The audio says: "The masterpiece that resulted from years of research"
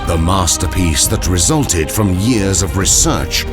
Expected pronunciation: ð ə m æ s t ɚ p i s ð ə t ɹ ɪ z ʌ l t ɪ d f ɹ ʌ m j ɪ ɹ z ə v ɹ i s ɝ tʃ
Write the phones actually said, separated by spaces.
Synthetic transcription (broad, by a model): ð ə m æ s t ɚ p i s ð ə t ɹ ɪ z ʌ l t ɪ d f ɹ ʌ m j ɪ ɹ z ə v ɹ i s ɝ tʃ